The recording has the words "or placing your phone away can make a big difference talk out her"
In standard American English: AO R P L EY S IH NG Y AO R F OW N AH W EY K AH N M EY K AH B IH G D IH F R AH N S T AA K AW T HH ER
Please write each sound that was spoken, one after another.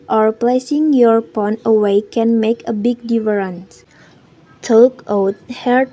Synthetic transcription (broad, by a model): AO R P L EY S IH NG Y AO R P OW N AH W EY K AH N M EY K AH B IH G D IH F R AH N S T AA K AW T HH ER